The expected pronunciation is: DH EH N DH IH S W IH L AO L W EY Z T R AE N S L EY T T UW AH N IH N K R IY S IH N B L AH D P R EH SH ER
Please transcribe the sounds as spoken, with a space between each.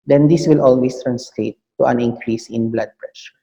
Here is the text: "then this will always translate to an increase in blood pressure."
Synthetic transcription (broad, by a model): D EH N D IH S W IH L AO L W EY S T R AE N S L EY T T UW AH N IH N K R IY S IH N B L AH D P R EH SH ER